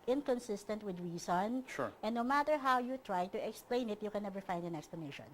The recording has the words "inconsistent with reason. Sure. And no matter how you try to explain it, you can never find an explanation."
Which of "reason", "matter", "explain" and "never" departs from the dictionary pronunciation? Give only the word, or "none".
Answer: reason